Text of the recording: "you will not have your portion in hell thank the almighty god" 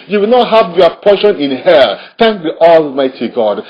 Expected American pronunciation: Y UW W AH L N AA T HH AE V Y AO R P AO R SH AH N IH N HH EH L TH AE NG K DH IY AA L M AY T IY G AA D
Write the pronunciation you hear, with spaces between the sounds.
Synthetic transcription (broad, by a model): Y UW W AH L N AA T HH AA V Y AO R P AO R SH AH N IH N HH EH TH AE NG K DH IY AA L M AY T IY G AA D